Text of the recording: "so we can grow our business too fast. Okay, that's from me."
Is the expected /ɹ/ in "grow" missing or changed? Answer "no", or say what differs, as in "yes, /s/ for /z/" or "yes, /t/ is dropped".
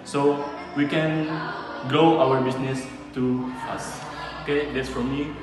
yes, /ɹ/ is dropped